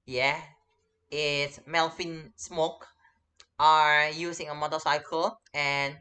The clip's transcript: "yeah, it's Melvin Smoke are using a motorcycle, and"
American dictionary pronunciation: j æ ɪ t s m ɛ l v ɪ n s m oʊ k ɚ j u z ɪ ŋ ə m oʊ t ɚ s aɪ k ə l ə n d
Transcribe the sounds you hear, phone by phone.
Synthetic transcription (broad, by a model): j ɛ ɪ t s m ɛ l f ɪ n s m oʊ k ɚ j u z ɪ ŋ ə m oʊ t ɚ s aɪ k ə l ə n